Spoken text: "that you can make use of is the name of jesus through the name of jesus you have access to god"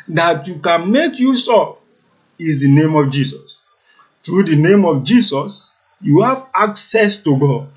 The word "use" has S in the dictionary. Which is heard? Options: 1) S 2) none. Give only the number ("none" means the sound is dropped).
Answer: 1